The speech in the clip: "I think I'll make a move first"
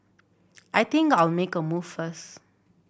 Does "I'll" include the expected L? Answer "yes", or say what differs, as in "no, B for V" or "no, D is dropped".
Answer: yes